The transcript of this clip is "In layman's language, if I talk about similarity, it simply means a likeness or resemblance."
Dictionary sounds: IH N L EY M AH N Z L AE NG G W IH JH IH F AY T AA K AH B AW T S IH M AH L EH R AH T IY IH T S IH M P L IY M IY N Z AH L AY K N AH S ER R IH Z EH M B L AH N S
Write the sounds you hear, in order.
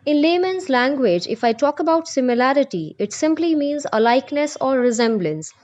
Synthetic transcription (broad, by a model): IH N L EY M AH N Z L AE NG G W IH JH IH F AY T AA K AH B AW T S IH M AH L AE R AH T IY IH T S IH M P L IY M IY N Z AH L AY K N AH S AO R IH Z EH M B L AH N S